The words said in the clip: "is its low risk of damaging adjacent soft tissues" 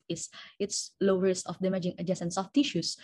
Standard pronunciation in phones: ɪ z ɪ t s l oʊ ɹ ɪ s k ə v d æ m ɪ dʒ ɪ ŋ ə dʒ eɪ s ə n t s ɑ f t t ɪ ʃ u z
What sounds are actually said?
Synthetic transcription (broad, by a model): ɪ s ɪ t s l oʊ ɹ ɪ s ə f d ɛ m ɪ dʒ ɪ ŋ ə dʒ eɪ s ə n s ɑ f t t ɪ ʃ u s